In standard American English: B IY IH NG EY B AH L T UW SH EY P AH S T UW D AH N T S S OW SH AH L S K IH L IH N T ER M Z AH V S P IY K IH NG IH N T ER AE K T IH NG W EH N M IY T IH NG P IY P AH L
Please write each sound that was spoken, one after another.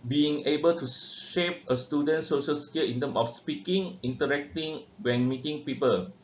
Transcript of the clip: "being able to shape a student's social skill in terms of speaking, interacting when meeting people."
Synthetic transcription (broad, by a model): B IY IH NG EY B AH L T UW SH EY P AH S T UW D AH N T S S OW SH AH L S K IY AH IH N T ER M AH F S P IY K IH NG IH N T ER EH K T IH NG W EH N M IY T IH NG P IY P AH L